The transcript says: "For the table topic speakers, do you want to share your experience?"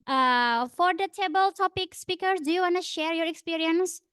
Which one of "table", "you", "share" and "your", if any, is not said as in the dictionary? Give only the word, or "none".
none